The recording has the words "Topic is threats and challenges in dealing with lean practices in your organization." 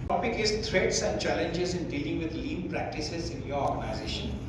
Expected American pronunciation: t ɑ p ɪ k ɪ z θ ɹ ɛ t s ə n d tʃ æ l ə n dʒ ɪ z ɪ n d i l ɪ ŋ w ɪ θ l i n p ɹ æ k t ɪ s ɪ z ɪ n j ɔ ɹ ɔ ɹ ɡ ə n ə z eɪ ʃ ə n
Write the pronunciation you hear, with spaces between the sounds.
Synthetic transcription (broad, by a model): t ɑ p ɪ k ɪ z t ɹ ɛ t s ə n d tʃ æ l ə n dʒ ɪ z ɪ n d i l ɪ ŋ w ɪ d l i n p ɹ æ k t ɪ s ɪ z ɪ n j ɔ ɹ ɔ ɹ ɡ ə n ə z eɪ ʃ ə n